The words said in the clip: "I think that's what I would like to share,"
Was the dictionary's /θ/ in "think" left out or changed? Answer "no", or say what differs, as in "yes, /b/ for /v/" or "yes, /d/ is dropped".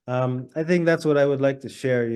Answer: no